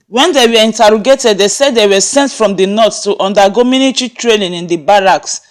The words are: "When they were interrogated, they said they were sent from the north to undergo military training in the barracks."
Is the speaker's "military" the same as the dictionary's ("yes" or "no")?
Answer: no